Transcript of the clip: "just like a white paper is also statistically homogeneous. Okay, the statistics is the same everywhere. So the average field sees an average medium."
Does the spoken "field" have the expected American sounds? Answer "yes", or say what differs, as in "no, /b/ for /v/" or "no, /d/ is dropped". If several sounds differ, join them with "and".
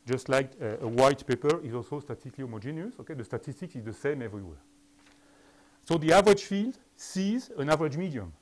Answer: yes